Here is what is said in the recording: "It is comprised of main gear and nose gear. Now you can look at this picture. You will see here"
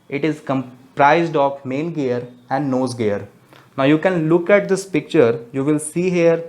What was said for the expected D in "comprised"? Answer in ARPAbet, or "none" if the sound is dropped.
D